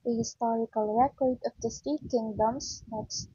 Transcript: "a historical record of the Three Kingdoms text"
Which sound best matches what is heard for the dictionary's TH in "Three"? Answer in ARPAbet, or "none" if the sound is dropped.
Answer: S